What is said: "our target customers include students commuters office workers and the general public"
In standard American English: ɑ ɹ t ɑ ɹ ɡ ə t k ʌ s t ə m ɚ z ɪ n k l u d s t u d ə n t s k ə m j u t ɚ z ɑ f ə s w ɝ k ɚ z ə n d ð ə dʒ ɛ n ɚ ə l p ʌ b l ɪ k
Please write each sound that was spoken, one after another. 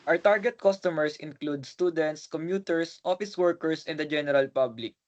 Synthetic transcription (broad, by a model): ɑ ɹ t ɑ ɹ ɡ ə t k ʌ s t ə m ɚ s ɪ n k l u d s t u d ə n t s k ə m j u t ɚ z ɑ f ə s w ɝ k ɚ s ə n d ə dʒ ɛ n ɚ ə l p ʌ b l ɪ k